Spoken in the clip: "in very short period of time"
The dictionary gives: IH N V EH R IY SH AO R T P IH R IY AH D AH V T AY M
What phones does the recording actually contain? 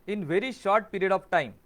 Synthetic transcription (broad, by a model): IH N V EH R IY SH AO R T P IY R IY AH D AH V T AY M